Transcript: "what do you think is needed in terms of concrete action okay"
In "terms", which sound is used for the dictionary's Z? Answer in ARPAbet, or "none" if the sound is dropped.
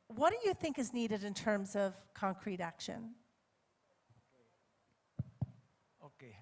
Z